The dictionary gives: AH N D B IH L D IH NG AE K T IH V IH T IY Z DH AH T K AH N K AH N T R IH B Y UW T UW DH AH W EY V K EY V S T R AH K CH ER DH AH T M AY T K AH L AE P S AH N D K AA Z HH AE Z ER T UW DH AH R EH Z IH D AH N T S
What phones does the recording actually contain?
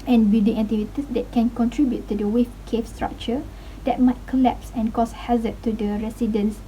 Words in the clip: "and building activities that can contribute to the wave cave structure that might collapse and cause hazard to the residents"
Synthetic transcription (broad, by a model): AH N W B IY D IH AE T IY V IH T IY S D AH T K AH N K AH N T R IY B Y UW T UW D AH W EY F K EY F S T R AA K CH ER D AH T M AY T K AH L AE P S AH N K AA S HH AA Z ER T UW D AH R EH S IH D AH N S